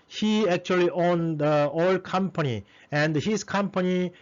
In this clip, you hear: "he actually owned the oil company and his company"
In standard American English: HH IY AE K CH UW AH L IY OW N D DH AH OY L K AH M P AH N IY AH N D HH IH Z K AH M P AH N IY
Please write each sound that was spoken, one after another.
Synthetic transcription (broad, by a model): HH IY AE K CH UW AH L IY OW N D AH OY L K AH M P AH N IY AH N D HH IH S K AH M P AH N IY